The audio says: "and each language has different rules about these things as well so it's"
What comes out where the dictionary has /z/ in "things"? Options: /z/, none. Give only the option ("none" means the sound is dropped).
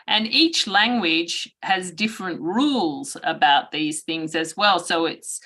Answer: /z/